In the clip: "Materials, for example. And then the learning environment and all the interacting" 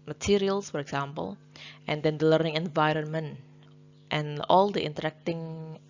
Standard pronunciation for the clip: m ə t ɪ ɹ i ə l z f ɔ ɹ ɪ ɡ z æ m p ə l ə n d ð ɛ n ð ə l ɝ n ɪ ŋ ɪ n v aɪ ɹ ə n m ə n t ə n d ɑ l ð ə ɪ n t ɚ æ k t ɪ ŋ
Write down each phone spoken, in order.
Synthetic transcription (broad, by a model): m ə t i ɹ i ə l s f ɔ ɹ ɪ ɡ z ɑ m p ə l ə n d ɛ n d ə l ɝ n ɪ ŋ ɪ n v aɪ ɹ ə n m ə n t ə n ɑ l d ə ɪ n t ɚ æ k t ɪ ŋ